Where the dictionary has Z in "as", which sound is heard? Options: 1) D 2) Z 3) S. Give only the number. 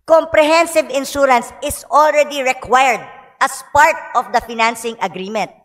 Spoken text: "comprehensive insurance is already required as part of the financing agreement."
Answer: 3